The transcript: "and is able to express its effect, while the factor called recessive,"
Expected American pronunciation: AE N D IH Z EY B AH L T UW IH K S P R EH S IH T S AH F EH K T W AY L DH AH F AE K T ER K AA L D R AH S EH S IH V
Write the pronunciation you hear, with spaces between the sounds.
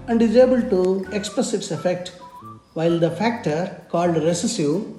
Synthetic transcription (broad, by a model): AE N D IH Z EY B AH L T UW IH K S P L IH S IH T S AH F EH K T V AY L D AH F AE K T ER K AA L D R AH S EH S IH